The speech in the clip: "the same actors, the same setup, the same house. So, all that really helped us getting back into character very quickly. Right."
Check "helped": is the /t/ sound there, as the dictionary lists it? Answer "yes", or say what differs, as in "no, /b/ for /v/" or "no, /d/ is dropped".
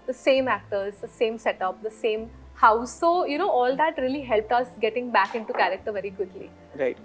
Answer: yes